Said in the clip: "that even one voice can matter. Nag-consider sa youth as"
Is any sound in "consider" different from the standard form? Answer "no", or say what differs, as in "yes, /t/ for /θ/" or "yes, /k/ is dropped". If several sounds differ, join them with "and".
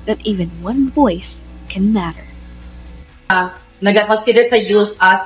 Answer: yes, /n/ is dropped